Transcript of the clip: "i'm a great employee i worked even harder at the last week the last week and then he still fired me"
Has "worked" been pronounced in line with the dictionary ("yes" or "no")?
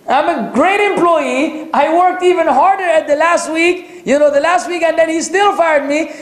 yes